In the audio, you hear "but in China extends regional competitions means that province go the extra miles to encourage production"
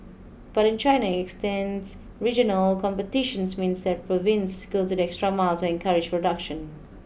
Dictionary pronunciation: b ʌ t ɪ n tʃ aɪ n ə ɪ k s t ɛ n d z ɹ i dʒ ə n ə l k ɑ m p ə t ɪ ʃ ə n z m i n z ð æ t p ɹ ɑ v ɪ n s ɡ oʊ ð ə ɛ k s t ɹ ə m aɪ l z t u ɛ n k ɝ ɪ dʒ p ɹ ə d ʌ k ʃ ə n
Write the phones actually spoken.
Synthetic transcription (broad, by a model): b ʌ t ɪ n tʃ aɪ n ə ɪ k s t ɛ n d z ɹ i dʒ ə n ə l k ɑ m p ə t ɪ ʃ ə n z m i n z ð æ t p ɹ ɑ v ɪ n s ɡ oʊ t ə ɛ k s t ɹ ə m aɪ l t u ɛ n k ɝ ɪ dʒ p ɹ ə d ʌ k ʃ ə n